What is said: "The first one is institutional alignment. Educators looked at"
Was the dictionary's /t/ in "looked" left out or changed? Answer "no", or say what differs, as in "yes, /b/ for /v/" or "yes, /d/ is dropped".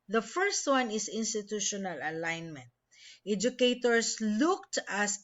no